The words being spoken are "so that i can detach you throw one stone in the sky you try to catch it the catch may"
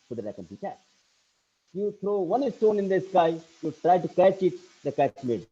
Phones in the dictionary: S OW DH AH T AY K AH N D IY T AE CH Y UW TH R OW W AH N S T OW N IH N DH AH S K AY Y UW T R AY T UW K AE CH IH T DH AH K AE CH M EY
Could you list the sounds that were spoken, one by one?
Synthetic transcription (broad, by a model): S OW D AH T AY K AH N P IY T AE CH Y UW T R OW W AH N S T OW N IH N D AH S K AY Y UW T R AY T UW K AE CH IH T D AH K AE CH M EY